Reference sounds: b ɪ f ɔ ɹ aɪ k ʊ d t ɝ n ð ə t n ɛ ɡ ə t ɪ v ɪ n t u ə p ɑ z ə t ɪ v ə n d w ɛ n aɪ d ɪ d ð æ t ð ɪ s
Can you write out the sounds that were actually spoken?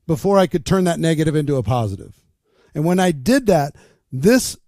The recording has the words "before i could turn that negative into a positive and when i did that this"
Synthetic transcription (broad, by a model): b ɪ f ɔ ɹ aɪ k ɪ d t ɝ n ð ə t n ɛ ɡ ə t ɪ v ɪ n t u ə p ɑ z ə t ɪ v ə n w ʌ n aɪ d ɪ d ð æ t ð ɪ s